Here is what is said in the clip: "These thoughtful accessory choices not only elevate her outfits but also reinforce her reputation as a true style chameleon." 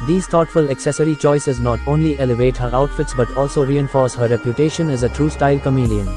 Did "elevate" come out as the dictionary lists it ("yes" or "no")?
yes